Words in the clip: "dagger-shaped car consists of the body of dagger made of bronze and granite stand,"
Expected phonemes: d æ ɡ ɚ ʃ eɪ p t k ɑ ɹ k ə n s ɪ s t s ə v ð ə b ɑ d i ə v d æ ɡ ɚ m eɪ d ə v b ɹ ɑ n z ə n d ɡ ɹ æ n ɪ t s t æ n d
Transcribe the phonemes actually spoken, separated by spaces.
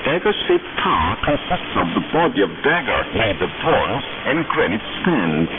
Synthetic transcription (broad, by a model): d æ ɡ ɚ s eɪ t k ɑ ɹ k ə n s ɪ s t s ə v ð ə b ɑ d i ə v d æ ɡ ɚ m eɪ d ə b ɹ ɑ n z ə n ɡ ɹ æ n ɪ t s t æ n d